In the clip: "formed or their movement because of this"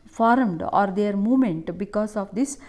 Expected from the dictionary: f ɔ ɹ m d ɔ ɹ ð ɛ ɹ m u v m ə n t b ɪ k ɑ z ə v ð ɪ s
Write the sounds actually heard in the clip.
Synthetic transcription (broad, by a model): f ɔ ɹ m d ɔ ɹ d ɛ ɹ m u m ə n t b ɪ k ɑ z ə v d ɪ s